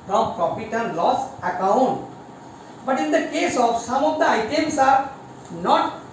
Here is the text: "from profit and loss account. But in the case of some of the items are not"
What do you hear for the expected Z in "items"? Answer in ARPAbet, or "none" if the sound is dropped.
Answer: S